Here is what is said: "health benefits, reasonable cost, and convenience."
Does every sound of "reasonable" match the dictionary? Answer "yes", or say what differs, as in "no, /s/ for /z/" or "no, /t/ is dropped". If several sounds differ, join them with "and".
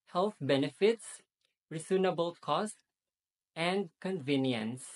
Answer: no, /s/ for /z/